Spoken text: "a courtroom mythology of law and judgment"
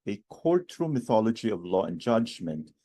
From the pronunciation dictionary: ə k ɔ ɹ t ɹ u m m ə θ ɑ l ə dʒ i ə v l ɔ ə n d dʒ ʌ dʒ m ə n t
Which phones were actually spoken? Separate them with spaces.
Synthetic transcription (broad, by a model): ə k ɔ ɹ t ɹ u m m ə θ ɑ l ə dʒ i ə v l ɔ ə n dʒ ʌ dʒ m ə n t